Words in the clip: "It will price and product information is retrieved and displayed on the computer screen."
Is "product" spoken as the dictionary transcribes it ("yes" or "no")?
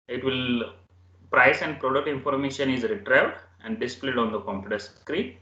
no